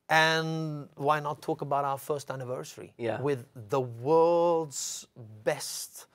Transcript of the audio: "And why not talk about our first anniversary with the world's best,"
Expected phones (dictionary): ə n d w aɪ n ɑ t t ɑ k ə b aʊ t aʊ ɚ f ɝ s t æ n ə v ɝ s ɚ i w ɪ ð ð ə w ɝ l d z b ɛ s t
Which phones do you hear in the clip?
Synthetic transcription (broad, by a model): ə n w aɪ n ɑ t t ɑ k ə b aʊ t aʊ ɚ f ɝ s t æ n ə v ɝ s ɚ i w ɪ ð ð ə w ɝ l d z b ɛ s t